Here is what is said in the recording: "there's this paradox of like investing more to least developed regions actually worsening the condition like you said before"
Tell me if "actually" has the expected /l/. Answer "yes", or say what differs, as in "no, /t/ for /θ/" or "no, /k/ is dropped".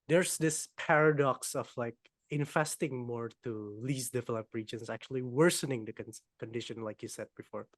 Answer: yes